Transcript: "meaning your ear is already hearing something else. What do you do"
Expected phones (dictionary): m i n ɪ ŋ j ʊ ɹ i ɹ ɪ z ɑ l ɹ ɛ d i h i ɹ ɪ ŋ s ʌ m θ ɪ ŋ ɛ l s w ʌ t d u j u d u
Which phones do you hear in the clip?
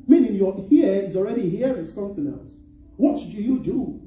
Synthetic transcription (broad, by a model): m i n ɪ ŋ j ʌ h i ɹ ɪ z ɑ l ɹ ɛ d i h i w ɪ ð s ʌ m θ ɪ ŋ ɛ l s w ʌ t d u j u d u